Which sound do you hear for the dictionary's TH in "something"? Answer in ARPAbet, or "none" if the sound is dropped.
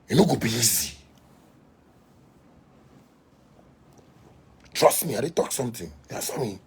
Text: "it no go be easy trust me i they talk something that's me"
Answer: T